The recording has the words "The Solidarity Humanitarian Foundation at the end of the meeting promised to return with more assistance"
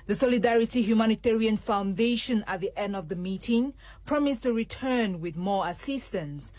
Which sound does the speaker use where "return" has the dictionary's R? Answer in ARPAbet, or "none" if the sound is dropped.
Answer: R